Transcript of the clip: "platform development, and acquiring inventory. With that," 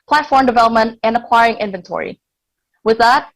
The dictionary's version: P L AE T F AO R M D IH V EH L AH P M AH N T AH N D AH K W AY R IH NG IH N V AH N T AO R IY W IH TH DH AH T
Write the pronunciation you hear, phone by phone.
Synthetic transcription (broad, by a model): P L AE T F AO R M D IH V EH L AH P M AH N T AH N AH K W AY R IH NG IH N V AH N T AO R IY W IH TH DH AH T